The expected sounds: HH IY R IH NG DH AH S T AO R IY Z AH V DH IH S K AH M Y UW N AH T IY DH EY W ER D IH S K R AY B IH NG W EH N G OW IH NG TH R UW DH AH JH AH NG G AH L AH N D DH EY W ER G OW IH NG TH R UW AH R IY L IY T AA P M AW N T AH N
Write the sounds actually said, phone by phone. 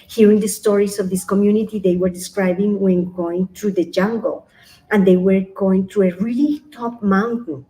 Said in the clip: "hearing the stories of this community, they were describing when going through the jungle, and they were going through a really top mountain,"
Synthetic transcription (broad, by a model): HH IY R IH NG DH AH S T AO R IY S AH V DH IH S K AH M Y UW N AH T IY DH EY W ER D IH S K R AY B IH NG W EH N G OW IH NG T R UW DH AH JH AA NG G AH L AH N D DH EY W ER G OW IH NG T R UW AH R IY L IY T AA P M AW N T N